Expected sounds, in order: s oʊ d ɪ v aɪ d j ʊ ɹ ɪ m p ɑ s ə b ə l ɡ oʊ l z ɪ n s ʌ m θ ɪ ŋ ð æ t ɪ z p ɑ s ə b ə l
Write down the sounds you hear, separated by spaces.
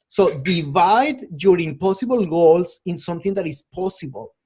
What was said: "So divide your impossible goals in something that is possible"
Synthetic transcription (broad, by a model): s oʊ d ɪ v aɪ d j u ɹ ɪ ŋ p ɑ s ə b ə l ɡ oʊ l s ɪ n s ʌ m θ ɪ ŋ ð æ t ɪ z p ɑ s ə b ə l